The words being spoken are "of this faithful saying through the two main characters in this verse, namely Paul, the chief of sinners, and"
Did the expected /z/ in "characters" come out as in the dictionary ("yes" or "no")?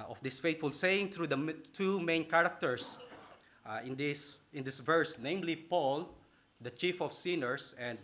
no